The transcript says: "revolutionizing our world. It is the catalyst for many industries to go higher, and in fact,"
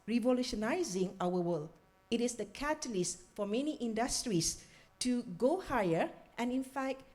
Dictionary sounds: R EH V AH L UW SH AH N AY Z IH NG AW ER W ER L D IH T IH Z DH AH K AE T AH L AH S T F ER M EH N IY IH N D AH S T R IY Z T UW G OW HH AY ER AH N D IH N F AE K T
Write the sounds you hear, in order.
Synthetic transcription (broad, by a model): R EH V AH L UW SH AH N AY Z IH NG AW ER W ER L IH T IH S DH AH K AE T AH L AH S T F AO M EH N IY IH N D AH S T R IY S T UW G OW HH AY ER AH N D IH N F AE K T